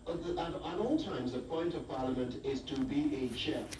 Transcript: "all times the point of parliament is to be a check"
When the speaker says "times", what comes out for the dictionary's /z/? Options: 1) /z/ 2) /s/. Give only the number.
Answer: 1